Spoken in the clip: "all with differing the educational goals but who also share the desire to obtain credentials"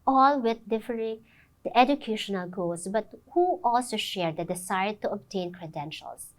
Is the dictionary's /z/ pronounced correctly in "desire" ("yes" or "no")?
no